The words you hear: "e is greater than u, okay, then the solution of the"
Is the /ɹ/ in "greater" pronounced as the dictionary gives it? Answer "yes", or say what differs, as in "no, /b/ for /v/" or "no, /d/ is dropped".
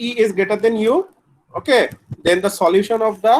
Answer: no, /ɹ/ is dropped